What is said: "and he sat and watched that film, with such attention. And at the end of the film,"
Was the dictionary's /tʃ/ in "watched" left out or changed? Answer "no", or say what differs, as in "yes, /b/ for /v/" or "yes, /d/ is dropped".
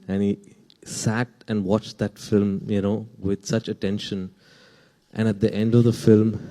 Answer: no